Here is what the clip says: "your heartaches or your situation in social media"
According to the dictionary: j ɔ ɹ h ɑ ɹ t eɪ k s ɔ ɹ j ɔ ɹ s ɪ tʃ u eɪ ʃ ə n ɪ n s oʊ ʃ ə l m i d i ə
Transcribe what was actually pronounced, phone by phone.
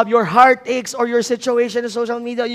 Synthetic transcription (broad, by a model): j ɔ ɹ h ɑ ɹ t eɪ k s ɔ ɹ j ɔ ɹ s ɪ tʃ u eɪ ʃ ə n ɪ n s oʊ ʃ ə l m i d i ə